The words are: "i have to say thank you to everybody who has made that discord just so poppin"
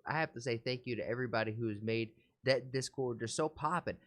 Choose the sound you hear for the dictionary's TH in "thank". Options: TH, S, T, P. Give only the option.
TH